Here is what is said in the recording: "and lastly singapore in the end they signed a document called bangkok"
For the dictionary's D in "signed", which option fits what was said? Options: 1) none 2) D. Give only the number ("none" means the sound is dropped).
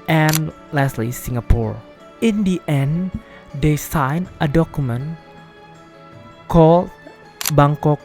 1